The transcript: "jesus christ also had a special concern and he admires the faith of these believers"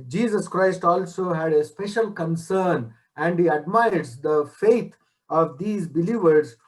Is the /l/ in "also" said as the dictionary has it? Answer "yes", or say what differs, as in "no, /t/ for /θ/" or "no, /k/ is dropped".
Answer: yes